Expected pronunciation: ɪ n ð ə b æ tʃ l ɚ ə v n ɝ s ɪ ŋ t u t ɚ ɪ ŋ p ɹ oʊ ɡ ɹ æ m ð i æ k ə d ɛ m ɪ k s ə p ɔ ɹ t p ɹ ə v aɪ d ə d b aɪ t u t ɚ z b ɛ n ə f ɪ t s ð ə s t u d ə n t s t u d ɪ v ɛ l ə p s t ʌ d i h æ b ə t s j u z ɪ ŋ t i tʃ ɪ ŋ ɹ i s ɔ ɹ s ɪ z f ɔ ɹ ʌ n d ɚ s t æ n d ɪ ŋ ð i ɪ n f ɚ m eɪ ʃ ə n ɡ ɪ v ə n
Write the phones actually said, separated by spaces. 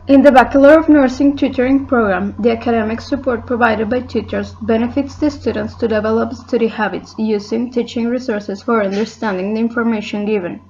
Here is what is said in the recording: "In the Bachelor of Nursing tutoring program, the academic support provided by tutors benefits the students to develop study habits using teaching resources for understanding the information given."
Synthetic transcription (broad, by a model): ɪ n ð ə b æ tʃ l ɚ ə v n ɝ s ɪ ŋ t u t ɚ ɪ ŋ p ɹ oʊ ɡ ɹ æ m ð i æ k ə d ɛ m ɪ k s ə p ɔ ɹ t p ɹ ə v aɪ d ə d b aɪ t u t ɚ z b ɛ n ə f ɪ t s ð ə s t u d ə n t s t u d ɪ v ɛ l ə p s t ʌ d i h æ b ə t s j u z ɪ ŋ t i tʃ ɪ ŋ ɹ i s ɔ ɹ s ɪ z f ɔ ɹ ʌ n d ɚ s t æ n d ɪ ŋ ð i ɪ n f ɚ m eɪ ʃ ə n ɡ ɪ v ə n